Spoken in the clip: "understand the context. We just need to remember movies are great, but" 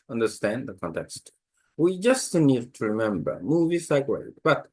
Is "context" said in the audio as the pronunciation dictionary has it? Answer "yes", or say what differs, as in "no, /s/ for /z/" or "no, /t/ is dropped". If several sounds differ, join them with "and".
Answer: yes